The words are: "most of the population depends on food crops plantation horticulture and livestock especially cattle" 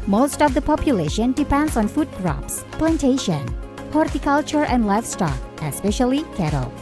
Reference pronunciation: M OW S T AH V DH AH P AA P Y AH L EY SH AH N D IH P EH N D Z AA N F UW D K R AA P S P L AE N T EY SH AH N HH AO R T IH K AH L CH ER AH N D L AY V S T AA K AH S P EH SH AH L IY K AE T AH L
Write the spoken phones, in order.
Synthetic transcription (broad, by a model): M OW S T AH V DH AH P AA P Y AH L EY SH AH N D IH P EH N D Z AA N F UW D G R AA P S P L AE N T EY SH AH N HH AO R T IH K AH L CH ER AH N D L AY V S T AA K AH S P EH SH AH L IY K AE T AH L